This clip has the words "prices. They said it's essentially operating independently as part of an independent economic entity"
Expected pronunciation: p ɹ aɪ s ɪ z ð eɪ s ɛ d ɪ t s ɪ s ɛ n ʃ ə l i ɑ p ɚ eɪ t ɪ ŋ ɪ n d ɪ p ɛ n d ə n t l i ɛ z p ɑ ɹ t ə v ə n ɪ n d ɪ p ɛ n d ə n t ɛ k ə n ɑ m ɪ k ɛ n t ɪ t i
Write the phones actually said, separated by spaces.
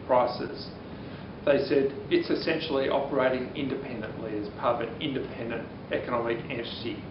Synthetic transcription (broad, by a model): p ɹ aɪ s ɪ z ð eɪ s ɛ d ɪ t s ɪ s ɛ n ʃ l i ɑ p ɚ eɪ t ɪ ŋ ɪ n d ɪ p ɛ n d ə n t l i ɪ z p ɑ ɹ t ə v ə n ɪ n d ɪ p ɛ n d ə n t ɛ k ə n ɑ m ɪ k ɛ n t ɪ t i